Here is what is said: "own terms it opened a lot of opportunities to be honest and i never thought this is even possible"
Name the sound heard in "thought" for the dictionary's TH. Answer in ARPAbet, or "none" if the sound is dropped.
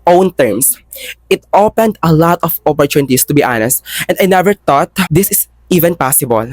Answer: T